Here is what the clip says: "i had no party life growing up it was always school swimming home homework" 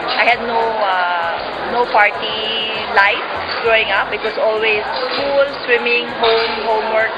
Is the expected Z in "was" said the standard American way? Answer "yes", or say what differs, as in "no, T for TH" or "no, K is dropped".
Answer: no, S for Z